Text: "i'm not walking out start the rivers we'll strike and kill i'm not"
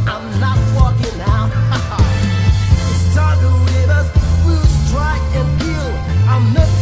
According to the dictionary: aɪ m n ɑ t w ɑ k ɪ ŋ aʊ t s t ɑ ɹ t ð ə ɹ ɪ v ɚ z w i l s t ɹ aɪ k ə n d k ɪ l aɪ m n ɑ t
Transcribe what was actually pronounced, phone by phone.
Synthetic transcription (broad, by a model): aɪ m n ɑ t w ɑ k ɪ ŋ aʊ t s t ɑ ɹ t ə w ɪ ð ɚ s w i l s t ɹ aɪ k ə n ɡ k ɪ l aɪ m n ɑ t